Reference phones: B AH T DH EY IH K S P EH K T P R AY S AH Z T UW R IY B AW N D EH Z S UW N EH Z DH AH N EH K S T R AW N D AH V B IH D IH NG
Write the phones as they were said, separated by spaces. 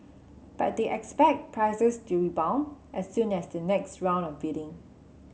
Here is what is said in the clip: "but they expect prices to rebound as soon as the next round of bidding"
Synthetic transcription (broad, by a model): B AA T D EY IH K S P EH K T P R AY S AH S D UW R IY B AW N EH S UW N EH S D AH N EH K S T R AW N AH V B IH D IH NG